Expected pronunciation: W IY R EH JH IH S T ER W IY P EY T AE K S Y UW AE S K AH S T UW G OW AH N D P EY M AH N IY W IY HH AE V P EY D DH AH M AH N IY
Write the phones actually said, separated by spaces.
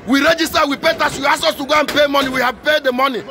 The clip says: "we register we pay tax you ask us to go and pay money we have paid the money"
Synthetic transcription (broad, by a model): W IY R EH JH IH S T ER W IY P EY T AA S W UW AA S AO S T UW G OW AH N P EY M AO N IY W IY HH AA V P EY D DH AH M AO N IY